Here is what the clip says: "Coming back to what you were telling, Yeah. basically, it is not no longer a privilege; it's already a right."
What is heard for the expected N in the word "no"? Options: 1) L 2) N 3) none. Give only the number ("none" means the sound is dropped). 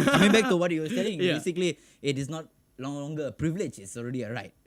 1